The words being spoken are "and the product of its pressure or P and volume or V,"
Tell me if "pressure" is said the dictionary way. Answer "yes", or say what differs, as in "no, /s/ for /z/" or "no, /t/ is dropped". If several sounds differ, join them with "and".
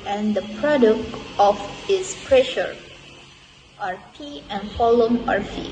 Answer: yes